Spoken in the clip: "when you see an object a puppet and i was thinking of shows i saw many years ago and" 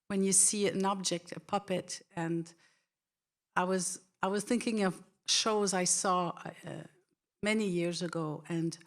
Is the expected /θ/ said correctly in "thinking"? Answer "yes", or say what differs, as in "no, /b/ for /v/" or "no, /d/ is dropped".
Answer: yes